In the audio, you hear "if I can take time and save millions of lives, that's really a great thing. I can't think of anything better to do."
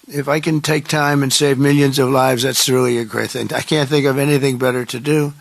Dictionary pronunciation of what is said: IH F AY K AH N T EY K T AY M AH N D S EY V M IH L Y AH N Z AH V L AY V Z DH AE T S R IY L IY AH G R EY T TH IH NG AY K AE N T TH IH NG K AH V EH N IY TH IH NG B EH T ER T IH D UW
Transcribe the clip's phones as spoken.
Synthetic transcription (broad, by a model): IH F AY K AH N T EY K T AY M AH N S EY V M IH L Y AH N Z AH V L AY V Z DH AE T S R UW L IY AH G R EY T TH IH NG AY K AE N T TH IH NG K AH V EH N IY TH IH NG B EH T ER T IH D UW